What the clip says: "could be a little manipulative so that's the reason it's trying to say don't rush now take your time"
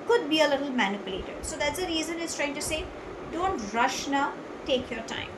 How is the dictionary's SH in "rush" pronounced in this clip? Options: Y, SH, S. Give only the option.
SH